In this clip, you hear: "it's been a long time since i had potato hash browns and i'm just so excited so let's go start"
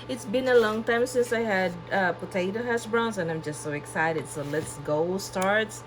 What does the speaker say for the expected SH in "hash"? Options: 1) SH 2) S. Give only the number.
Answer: 2